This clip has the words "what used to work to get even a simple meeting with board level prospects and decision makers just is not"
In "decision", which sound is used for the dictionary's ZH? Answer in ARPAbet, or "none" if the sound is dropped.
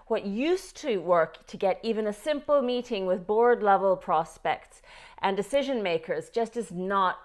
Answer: ZH